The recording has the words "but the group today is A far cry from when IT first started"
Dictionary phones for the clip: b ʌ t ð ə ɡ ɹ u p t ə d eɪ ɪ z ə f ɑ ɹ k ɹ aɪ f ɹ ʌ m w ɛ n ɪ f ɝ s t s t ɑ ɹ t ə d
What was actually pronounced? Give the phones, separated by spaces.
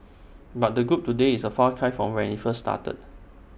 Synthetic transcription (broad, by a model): b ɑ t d ə ɡ ɹ u p t ə d eɪ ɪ s ə f ɑ k aɪ f ɹ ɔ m w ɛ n ɪ f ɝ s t s t ɑ t ə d